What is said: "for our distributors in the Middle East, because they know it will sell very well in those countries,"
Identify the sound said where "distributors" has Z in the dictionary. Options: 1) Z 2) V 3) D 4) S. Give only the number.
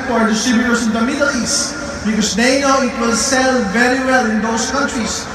4